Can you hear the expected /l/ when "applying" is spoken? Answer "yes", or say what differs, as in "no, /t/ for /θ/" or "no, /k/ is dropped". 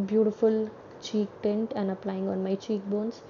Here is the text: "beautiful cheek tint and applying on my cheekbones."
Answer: yes